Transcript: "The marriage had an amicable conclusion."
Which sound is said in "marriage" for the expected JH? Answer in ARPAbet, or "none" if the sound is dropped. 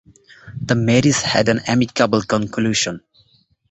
Z